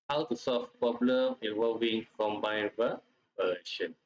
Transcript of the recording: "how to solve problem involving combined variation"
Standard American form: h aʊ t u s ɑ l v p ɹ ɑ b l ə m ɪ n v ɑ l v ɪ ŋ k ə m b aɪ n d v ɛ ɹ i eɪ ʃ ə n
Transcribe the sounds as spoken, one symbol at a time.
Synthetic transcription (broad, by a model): h aʊ t u s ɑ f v p ɑ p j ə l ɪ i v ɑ l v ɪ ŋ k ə m b aɪ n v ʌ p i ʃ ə n